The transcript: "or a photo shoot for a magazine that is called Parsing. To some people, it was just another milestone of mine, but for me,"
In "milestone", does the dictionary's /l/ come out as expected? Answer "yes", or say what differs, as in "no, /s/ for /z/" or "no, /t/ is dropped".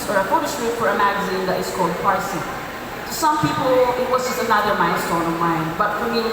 no, /n/ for /l/